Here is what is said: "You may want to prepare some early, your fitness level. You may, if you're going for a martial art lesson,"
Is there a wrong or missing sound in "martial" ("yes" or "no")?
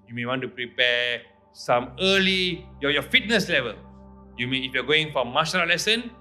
yes